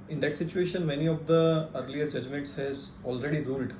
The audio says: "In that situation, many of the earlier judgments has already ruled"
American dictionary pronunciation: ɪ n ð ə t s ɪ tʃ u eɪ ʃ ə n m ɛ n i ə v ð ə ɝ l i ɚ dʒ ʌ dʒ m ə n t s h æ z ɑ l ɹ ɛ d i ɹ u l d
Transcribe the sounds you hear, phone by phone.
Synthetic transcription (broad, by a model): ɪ n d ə t s ɪ tʃ u eɪ ʃ ə n m ɛ n i ə v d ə ɝ l i ɚ dʒ ʌ dʒ m ə n t s h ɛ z ɑ l ɹ ɛ d i ɹ u l d